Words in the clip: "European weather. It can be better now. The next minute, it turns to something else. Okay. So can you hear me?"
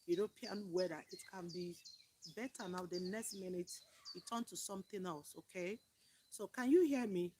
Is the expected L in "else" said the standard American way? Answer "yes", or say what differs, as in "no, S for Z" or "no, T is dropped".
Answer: yes